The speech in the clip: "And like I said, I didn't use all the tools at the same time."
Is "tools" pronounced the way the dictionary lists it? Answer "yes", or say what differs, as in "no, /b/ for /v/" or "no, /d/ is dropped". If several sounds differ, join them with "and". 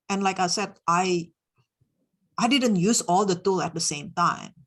no, /z/ is dropped